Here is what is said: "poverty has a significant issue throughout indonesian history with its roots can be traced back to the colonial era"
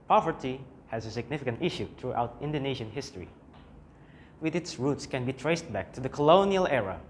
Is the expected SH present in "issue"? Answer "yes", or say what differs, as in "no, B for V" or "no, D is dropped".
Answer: yes